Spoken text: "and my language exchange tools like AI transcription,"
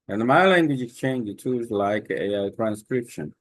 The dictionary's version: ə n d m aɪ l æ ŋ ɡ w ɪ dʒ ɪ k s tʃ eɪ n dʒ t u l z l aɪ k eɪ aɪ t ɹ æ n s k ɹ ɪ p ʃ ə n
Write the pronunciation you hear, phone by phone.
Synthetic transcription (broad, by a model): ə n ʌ m aɪ l æ ŋ ɡ w ɪ dʒ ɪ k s tʃ eɪ n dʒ t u z l aɪ k eɪ aɪ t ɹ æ n s k ɹ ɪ p ʃ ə n